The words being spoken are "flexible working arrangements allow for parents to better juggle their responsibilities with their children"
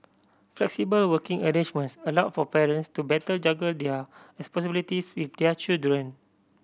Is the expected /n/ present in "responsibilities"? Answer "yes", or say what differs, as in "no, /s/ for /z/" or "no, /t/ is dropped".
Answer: no, /n/ is dropped